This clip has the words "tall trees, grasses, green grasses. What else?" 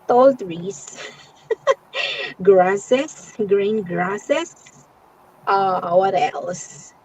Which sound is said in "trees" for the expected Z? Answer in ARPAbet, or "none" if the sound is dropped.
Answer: S